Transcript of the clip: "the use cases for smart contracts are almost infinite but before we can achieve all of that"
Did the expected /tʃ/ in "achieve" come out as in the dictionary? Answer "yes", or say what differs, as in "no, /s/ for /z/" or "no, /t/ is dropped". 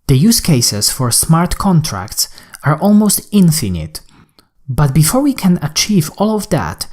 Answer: yes